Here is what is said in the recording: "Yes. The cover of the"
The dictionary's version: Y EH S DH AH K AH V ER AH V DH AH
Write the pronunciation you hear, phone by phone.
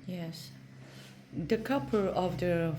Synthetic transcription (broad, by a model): Y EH S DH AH K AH P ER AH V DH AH